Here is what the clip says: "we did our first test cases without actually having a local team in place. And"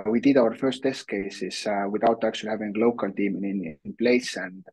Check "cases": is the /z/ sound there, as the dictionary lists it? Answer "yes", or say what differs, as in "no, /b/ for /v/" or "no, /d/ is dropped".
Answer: no, /s/ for /z/